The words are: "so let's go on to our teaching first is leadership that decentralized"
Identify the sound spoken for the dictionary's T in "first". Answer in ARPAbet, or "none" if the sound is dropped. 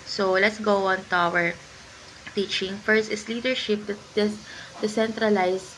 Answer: T